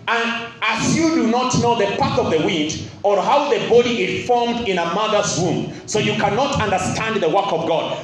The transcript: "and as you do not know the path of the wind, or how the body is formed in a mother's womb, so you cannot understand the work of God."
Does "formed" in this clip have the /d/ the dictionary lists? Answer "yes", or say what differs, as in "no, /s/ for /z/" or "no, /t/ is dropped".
yes